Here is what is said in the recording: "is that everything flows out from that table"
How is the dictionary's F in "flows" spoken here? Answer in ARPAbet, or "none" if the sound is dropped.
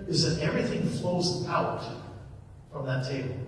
F